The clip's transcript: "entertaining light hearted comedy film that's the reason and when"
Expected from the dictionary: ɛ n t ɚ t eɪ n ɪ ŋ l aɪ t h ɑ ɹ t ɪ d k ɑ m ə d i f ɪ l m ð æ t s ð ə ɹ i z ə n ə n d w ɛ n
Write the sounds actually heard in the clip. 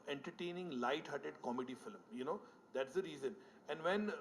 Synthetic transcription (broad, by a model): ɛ n t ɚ t eɪ n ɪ ŋ l aɪ t h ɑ t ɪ d k ɑ m ə d i f ɪ l m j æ t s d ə ɹ i z ə n ə n d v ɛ n